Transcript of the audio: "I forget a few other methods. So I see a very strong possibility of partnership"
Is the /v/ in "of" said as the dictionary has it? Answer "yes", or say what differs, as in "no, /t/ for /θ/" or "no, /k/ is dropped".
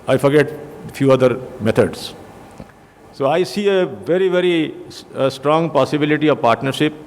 yes